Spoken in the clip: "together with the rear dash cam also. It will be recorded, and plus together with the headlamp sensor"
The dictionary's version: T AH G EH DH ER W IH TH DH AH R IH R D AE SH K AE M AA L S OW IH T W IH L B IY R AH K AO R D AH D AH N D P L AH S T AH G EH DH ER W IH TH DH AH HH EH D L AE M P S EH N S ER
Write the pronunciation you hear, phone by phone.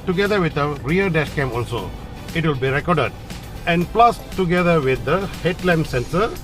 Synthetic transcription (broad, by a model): T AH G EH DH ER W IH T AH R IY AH D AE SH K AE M AA L S OW IH T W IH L B IY R AH K AO R D AH D AH N D P L AH S T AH G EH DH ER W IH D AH HH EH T L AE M S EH N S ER